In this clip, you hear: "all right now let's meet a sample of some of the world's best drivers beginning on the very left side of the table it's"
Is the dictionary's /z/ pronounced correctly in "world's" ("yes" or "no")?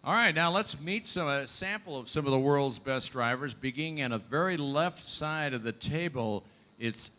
yes